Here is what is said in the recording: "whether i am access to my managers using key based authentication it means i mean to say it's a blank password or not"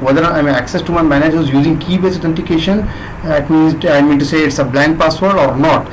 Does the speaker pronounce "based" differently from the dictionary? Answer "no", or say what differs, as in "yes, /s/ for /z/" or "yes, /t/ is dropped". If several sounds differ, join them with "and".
yes, /t/ is dropped